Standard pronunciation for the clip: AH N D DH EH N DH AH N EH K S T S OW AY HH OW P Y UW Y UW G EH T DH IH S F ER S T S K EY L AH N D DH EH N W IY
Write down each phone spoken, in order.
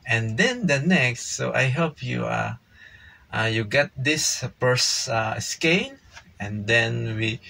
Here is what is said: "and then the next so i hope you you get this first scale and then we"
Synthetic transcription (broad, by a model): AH N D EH N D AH N EH K S T S OW AY HH OW P Y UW Y UW G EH T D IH S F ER S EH S K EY N AH N D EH N W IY